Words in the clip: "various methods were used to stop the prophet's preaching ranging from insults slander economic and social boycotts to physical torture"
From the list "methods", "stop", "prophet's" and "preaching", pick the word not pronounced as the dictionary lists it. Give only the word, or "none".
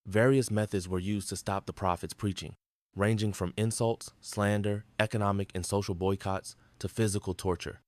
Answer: none